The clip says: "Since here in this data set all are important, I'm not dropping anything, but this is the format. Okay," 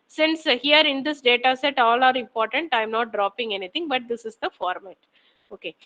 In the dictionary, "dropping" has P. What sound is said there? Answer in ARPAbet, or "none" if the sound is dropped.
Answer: P